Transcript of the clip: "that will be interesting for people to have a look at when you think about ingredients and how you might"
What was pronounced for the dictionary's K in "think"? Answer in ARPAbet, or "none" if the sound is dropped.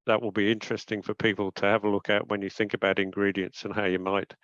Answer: K